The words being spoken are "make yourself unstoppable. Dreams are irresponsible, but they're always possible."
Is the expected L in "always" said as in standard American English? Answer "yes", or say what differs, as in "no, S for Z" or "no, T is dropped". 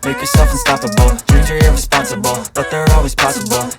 yes